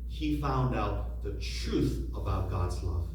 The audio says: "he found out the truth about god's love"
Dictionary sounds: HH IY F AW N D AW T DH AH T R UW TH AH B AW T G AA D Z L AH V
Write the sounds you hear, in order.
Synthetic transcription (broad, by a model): HH IY F AW N D AW T DH AH T R UW TH AH B AW T G AA D Z L AH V